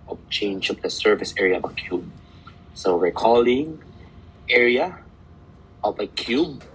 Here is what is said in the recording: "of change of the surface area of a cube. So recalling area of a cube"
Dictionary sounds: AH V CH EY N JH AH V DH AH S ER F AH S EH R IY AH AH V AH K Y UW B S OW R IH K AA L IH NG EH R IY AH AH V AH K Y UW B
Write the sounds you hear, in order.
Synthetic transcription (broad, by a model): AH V CH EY N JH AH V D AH S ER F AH S EH R IY AH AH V AH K Y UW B S OW W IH K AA L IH NG EH R IY AH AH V AH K Y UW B